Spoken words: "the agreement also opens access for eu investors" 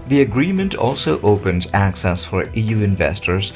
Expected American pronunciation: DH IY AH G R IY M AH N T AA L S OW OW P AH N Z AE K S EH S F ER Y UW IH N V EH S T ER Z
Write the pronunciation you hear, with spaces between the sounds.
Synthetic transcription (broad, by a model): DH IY AH G R IY M AH N T AA L S OW OW P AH N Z AE K S EH S F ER Y UW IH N V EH S T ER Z